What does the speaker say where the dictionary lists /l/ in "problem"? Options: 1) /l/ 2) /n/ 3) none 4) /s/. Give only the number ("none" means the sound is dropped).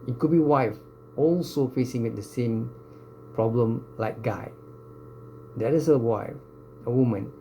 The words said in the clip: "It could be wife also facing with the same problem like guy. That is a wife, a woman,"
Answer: 1